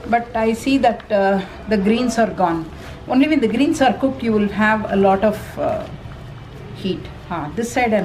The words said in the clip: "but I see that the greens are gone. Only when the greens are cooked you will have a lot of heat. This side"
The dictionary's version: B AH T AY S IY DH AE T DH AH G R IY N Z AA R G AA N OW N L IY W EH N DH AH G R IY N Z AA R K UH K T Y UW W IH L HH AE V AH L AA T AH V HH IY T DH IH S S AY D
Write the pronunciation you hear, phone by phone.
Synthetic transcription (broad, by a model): B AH T AY S IY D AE T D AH G R IY N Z AA R G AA N OW N L IY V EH N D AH G R IY N S AA R K UH K T Y UW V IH L HH AE V AH L AA T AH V HH IY T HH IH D S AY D